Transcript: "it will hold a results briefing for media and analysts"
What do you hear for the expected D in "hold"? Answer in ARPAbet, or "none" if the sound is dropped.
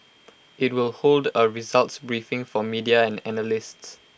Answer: D